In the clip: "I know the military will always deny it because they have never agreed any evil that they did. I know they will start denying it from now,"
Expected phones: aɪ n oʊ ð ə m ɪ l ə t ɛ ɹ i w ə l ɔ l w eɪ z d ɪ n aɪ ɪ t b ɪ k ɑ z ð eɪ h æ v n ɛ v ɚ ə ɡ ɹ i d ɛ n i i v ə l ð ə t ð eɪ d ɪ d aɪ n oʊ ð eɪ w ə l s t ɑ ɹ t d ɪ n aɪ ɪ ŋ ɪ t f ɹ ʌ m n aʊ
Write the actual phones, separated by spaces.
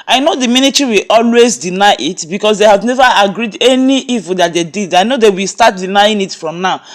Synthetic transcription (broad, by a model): aɪ n oʊ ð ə m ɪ n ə t ɹ i w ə l ɔ l w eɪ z d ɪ n aɪ ɪ t b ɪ k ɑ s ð eɪ h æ v n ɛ v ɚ ə ɡ ɹ i d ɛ n i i v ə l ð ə t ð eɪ d ɪ d aɪ n oʊ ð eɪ w ə l s t ɑ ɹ t d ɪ n aɪ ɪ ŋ ɪ t f ɹ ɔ m n aʊ